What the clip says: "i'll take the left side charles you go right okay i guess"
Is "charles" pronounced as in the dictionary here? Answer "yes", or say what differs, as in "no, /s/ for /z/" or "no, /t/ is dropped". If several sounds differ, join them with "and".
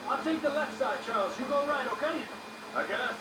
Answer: yes